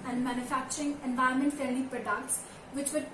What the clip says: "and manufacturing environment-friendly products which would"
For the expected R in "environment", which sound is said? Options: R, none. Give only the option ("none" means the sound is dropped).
none